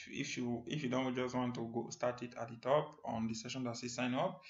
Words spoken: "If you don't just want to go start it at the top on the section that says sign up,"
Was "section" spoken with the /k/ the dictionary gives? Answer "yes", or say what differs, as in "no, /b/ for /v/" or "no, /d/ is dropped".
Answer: no, /k/ is dropped